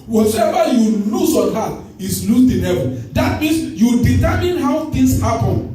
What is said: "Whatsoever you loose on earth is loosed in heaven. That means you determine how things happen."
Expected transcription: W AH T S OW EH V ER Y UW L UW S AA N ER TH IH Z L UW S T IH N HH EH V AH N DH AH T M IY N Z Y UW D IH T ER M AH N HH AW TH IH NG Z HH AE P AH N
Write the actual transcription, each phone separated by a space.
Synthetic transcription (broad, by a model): W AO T EH V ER Y UW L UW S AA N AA T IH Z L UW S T IH N HH EH V AH N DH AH T M IY N S Y UW D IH T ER M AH N HH AW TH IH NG S HH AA P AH N